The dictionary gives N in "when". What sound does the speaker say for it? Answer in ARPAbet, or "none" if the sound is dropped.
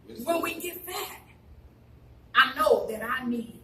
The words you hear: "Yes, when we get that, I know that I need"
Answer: L